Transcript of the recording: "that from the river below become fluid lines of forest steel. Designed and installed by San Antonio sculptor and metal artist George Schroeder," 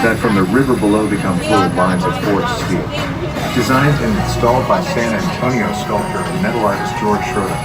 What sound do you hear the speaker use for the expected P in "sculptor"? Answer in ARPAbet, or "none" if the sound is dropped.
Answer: none